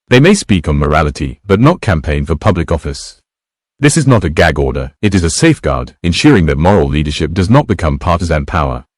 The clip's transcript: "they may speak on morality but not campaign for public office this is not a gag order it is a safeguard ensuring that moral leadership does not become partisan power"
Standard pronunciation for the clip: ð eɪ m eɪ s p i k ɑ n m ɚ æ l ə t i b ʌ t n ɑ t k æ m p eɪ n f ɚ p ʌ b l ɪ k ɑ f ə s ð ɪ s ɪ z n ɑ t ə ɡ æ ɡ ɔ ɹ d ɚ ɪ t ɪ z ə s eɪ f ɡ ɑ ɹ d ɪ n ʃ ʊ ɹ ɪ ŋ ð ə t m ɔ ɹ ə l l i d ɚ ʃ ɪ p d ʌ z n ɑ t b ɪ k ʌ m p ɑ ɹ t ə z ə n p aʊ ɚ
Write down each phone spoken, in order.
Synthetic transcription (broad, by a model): ð eɪ m eɪ s p i k n m ɚ æ l ə t i b ʌ t n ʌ t k æ m p eɪ n f ɚ p ʌ b l ɪ k ɑ f ə s ð ɪ s ɪ z n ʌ t ə ɡ æ ɡ ɔ ɹ d ɚ ɪ t ɪ z ə s eɪ f ɡ ɑ ɹ d ɪ n ʃ ʊ ɹ ɪ ŋ ð ə t m ɔ ɹ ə l l i d ɚ ʃ ɪ p d ʌ z n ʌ t b ɪ k ʌ m p ɑ ɹ t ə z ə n p aʊ ɚ